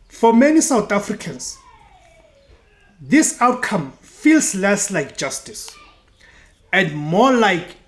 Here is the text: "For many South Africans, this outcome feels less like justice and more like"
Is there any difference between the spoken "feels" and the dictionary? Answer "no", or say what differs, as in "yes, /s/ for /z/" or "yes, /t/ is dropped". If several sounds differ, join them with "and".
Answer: yes, /s/ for /z/